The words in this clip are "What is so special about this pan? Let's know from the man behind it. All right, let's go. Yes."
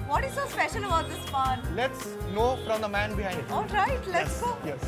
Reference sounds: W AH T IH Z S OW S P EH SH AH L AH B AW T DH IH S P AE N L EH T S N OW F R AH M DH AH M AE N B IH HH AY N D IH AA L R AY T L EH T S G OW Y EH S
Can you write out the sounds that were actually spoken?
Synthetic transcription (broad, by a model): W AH T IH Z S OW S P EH SH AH N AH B AW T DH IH S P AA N L EH T S N OW F R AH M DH AH M AE N B IH HH AY N D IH AA L R AY T L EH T S G OW Y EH S